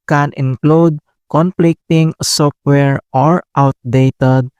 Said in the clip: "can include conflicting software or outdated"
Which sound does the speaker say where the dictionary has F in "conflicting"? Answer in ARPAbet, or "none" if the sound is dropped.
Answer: P